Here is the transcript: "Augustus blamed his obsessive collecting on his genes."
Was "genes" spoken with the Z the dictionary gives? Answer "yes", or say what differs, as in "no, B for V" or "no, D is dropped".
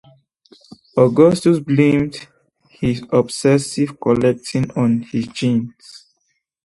no, S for Z